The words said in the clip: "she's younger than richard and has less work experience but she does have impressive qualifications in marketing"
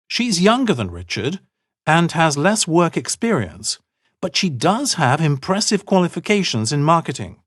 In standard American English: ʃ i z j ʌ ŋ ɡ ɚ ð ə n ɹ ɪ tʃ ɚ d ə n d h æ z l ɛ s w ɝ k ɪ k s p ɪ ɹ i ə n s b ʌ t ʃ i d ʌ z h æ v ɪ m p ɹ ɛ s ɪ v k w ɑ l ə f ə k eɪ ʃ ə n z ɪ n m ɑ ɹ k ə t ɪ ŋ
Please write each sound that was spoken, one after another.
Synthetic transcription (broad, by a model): ʃ i z j ʌ ŋ ɡ ɚ ð ə n ɹ ɪ tʃ ɚ d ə n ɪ z l ɛ s w ɝ k ɪ k s p ɪ ɹ i ə n s b ʌ t ʃ i d ʌ z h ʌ v ɪ m p ɹ ɛ s ɪ v k w ɑ l ə f ə k eɪ ʃ ə n z ɪ n m ɑ ɹ k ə t ɪ ŋ